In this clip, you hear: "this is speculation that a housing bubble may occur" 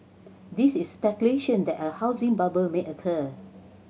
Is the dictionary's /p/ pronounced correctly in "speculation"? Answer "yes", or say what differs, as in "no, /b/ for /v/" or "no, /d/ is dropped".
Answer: yes